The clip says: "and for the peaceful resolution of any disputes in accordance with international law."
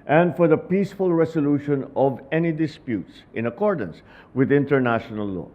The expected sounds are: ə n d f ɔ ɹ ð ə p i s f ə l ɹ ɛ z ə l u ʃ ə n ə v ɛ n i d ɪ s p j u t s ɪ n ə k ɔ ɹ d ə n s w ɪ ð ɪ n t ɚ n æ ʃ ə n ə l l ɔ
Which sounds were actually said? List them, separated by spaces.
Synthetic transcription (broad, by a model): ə n d f ɔ ɹ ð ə p i s f ə l ɹ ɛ s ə l u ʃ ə n ə v ɛ n i d ɪ s p j u t s ɪ n ə k ɔ ɹ d ə n s w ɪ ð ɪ n t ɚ n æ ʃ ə n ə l l ɔ